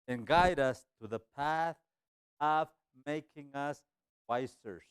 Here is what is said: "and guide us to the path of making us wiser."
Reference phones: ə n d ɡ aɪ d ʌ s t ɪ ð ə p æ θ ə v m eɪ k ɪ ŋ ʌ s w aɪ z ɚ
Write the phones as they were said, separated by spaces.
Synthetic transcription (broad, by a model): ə n ɡ aɪ d ʌ s t ɪ ð ə p æ θ ə v m eɪ k ɪ ŋ ʌ s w aɪ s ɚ